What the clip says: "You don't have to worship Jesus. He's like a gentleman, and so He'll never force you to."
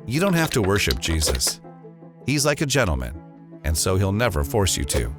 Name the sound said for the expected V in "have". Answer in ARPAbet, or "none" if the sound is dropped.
F